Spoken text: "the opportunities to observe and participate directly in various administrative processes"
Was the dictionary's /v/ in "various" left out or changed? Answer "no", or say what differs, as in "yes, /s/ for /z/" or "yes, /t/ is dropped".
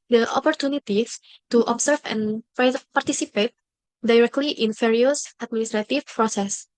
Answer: yes, /f/ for /v/